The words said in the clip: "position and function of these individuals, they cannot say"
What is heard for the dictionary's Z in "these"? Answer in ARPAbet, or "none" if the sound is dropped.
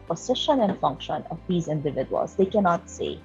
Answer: Z